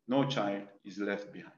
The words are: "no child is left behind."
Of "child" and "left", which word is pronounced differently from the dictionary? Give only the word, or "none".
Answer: none